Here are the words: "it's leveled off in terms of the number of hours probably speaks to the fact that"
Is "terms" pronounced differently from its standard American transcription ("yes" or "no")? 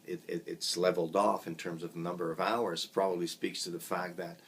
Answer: no